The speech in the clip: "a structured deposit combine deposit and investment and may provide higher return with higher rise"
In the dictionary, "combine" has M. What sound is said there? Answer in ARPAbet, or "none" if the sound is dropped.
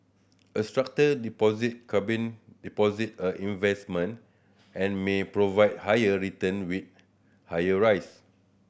none